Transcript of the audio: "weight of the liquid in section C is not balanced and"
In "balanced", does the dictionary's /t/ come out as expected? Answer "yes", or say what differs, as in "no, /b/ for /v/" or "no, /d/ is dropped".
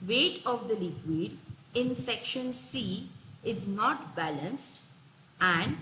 yes